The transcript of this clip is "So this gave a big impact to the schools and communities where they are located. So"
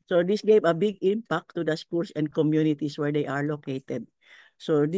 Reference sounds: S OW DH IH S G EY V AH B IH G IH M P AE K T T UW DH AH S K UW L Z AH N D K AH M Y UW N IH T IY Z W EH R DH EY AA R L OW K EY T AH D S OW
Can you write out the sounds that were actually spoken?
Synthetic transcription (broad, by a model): S OW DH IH S G EY V AH B IH G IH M P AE K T T UW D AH S K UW L S AH N D K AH M Y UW N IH T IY S W EH R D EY AA R L OW K EY T AH D S OW